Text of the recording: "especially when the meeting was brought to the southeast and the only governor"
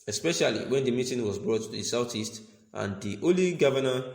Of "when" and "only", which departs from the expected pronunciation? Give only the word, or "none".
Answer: only